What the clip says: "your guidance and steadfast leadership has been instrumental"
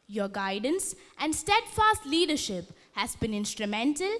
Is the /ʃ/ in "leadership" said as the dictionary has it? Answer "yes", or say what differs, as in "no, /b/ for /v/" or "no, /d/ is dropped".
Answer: yes